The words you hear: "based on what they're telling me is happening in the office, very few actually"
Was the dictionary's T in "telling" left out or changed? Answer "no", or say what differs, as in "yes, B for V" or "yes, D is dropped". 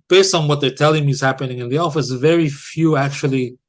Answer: no